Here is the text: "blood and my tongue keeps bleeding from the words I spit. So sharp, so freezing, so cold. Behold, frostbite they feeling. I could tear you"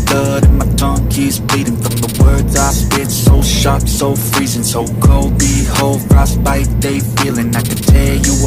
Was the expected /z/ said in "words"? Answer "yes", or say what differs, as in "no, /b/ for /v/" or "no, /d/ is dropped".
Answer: yes